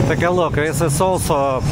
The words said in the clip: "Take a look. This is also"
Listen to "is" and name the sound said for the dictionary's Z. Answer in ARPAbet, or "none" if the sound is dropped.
S